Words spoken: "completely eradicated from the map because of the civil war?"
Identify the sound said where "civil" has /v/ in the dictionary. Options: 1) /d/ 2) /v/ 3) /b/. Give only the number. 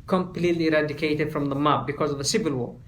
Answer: 2